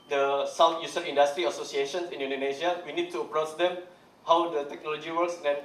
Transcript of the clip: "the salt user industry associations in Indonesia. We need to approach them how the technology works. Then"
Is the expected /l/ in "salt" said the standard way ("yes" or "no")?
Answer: no